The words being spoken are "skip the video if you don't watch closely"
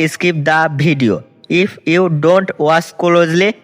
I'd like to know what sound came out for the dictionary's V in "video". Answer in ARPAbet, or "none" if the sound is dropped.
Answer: B